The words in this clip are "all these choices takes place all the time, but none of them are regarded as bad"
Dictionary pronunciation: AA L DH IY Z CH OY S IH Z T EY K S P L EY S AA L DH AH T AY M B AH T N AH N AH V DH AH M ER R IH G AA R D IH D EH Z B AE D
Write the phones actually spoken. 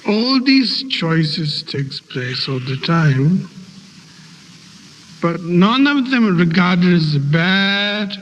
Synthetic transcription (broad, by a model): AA L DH IY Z CH OY S IH Z T EY K S P L EY S AA L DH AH T AY M B AH T N AH N AH V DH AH M R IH G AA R D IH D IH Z B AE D